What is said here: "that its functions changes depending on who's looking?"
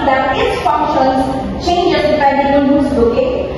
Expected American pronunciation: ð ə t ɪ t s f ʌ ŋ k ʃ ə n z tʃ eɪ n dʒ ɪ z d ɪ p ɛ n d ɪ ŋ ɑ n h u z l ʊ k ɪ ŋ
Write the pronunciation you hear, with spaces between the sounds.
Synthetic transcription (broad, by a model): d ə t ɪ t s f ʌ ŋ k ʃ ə n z tʃ eɪ n dʒ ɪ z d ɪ ɪ d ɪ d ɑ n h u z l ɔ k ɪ